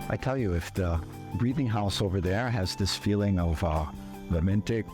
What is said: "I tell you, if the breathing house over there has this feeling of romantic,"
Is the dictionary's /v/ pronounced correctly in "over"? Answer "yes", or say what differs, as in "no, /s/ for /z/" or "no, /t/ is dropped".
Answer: yes